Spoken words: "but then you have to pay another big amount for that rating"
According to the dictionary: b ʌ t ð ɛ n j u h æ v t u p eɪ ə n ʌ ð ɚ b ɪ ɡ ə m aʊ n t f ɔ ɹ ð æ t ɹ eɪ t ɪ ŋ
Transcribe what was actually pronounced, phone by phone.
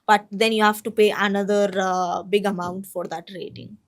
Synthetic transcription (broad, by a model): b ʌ t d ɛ n j u h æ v t u p eɪ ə n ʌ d ɚ b ɪ ɡ ə m aʊ n t f ɔ ɹ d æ t ɹ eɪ t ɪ ŋ